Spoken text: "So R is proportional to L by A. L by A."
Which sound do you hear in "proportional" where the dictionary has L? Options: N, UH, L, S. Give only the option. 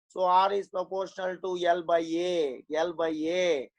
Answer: L